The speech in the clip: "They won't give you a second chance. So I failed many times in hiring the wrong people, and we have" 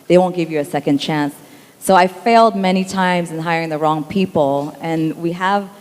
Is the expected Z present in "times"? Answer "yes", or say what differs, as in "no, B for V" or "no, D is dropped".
yes